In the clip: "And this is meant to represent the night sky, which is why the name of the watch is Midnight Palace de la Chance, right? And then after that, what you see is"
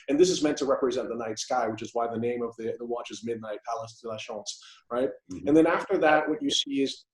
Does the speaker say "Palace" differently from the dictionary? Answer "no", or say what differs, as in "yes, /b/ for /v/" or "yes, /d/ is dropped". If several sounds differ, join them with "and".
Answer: no